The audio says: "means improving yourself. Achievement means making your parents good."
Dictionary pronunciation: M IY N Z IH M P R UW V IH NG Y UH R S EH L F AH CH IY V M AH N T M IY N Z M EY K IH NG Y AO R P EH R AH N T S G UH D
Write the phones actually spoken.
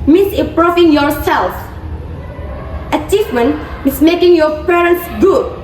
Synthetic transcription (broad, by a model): M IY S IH P R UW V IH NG Y UH R S EH L F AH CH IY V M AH N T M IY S M EY K IH NG Y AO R P EH R AH N T S G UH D